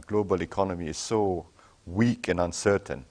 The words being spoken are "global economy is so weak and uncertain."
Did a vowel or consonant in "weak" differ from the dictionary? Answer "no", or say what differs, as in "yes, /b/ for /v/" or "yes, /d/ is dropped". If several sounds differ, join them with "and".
no